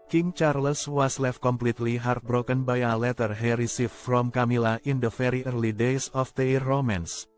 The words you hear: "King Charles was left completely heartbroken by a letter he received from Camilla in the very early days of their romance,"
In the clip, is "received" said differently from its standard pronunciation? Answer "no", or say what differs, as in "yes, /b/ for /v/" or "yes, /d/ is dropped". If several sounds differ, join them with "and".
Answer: yes, /f/ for /v/